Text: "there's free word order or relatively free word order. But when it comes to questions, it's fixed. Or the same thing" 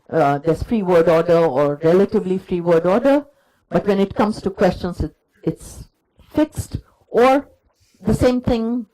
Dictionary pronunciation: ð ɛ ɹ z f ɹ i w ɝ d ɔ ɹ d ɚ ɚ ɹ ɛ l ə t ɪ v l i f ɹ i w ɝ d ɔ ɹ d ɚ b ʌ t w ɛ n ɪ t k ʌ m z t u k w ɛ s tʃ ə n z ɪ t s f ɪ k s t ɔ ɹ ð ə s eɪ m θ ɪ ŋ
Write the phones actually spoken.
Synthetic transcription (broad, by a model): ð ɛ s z f ɹ i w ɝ d ɔ d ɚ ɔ ɹ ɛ l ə t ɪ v l i f ɹ i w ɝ d ɔ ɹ d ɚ b ʌ t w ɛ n ɪ t k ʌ m s t u k w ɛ s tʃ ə n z ɪ t s f ɪ k s t ɔ ɹ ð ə s eɪ m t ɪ ŋ